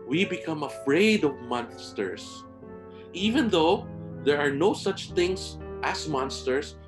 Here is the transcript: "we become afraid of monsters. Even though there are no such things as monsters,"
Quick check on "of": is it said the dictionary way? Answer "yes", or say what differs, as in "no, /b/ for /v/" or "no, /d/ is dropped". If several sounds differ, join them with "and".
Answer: yes